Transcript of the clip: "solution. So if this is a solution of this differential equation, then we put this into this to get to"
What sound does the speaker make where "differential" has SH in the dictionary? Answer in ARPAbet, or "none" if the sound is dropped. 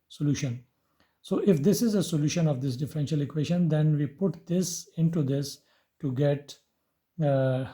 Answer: SH